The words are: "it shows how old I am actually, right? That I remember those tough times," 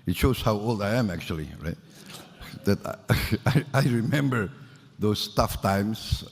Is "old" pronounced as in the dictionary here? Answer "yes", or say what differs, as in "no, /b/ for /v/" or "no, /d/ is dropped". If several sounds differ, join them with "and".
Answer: yes